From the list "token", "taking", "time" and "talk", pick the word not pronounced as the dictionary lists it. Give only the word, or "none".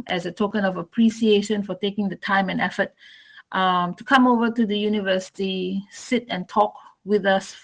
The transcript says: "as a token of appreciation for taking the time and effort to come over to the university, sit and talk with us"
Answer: none